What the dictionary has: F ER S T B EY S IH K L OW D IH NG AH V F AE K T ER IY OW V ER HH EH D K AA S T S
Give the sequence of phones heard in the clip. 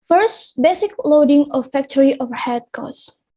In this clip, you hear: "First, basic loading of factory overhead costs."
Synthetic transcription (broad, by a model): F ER S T B EY S IH K L OW D IH NG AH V F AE K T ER IY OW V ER HH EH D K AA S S